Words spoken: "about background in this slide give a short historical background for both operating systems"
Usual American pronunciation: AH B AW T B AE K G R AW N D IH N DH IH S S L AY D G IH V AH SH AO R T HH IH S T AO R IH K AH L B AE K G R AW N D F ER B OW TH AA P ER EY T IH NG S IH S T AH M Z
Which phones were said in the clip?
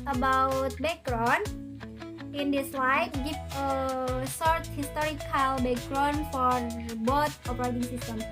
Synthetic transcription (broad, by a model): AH B AW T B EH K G R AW N IH N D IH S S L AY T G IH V AH S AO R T HH IH S T AO R IH K AH L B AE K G R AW N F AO B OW T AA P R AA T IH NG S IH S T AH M